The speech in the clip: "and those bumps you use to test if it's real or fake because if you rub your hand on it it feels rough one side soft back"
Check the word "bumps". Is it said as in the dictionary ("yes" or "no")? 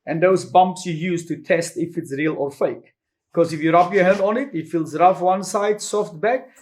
yes